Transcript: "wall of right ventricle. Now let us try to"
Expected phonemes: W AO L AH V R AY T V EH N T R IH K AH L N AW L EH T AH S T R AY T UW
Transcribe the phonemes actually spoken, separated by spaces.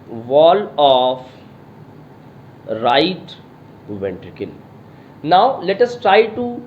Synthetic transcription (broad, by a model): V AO L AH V R AY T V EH N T R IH K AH N N AW L EH T AH S T R AY T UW